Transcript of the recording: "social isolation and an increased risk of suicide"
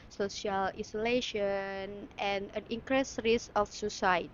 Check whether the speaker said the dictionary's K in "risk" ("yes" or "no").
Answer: no